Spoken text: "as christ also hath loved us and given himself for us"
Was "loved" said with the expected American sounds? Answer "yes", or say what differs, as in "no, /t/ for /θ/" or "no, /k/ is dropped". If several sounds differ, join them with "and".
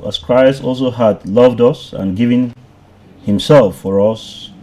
yes